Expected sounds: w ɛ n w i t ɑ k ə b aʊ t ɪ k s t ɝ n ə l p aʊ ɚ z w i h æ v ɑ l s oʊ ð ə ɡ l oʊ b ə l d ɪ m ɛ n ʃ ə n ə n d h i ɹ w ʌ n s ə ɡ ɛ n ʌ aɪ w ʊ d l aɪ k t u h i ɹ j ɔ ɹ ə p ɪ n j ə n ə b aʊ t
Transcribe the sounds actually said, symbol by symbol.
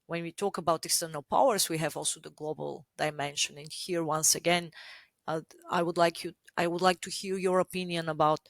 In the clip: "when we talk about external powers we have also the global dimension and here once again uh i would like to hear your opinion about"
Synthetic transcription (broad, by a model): w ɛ n w i t ɑ k ə b aʊ t ɪ k s t ɝ n ə l p aʊ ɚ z w i h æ v ɑ l s oʊ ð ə ɡ l oʊ b ə l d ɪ m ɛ n ʃ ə n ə n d h i ɹ w ʌ n s ə ɡ ɛ n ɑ aɪ w ʊ d l aɪ k t u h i l j ɔ ɹ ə p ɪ n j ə n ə b aʊ t